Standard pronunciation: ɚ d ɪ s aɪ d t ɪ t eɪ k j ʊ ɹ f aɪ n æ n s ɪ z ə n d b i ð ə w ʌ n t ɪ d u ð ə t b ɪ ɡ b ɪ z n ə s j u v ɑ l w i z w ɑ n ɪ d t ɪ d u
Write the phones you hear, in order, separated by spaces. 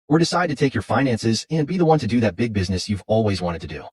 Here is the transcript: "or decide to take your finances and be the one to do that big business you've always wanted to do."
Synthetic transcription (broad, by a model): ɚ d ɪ s aɪ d t ɪ t eɪ k j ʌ ɹ f aɪ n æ n s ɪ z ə n b i ð ə w ʌ n t ɪ d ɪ ð ə t b ɪ ɡ b ɪ z n ə s j u v ɑ l w i z w ɑ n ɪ d t ɪ d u